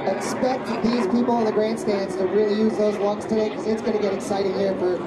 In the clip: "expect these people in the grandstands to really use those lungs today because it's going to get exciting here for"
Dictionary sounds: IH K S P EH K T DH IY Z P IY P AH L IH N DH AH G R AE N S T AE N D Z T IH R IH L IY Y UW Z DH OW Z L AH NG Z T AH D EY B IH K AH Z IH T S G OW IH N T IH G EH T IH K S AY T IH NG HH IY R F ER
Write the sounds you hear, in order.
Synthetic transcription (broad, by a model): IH K S P EH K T DH IY Z P IY P L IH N DH AH G R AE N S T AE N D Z T IH R IH L IY Y UW Z DH OW Z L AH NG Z T AH D EY IH K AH Z IH T S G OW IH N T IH G EH T IH K S AY T IH NG HH IY R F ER